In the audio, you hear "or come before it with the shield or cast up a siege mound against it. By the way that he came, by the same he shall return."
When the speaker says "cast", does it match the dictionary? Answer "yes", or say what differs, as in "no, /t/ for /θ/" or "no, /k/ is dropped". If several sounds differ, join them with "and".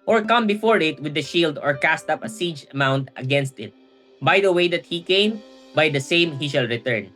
yes